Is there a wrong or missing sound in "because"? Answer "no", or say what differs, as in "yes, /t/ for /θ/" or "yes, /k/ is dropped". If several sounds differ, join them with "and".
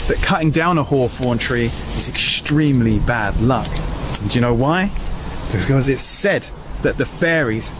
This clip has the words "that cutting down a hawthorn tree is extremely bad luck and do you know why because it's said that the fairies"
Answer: no